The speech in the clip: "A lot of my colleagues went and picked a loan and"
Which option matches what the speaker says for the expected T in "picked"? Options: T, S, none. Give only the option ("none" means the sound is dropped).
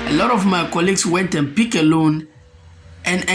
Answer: none